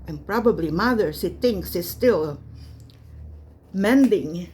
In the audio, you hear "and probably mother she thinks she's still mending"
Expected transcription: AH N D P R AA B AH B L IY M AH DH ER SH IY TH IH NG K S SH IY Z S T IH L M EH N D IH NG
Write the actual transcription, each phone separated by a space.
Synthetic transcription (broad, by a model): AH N P R AA B AH B L IY M AH DH ER S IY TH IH NG K S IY S T IH L M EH N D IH NG